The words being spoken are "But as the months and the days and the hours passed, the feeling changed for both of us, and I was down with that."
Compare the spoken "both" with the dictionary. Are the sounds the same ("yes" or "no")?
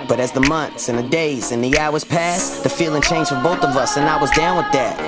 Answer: yes